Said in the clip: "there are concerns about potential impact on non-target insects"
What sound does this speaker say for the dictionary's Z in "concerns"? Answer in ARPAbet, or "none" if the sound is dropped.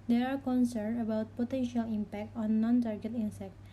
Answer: none